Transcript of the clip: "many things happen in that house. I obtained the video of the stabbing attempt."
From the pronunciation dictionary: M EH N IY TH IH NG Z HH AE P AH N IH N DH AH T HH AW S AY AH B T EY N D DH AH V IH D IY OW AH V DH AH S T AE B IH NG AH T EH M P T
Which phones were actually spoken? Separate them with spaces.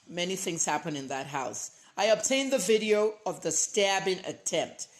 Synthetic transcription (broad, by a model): M EH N IY TH IH NG Z HH AE P AH N IH N DH AH T HH AW S AY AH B T EY N DH AH V IH D IY OW AH V DH AH S T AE B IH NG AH T EH M P T